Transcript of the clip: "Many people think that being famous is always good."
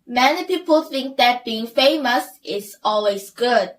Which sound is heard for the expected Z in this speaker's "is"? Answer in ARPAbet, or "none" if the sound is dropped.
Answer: S